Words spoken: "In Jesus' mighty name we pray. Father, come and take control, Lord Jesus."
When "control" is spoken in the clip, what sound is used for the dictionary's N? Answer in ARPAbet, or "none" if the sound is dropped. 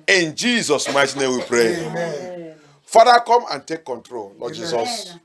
N